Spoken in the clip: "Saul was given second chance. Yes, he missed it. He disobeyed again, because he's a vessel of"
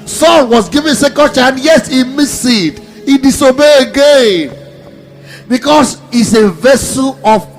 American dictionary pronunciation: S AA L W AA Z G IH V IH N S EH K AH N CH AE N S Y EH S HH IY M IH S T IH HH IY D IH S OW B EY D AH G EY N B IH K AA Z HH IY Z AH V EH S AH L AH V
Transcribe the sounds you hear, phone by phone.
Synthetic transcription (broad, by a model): S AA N W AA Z G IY V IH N S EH K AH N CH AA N Y EH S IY M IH S IH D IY D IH S OW B EY AH G EY N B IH K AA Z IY S AH V EH S AH L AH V